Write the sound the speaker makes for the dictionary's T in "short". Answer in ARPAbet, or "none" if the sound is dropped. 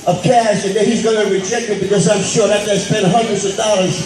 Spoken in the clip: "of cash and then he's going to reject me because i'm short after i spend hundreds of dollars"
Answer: none